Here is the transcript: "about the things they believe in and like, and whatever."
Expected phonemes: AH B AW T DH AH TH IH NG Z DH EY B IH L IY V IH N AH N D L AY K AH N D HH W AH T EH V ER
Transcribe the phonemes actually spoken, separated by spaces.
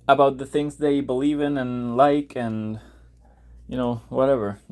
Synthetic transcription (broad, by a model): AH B AW T DH AH TH IH NG Z DH EY B IH L IY V IH N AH N L AY K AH N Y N W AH T EH V ER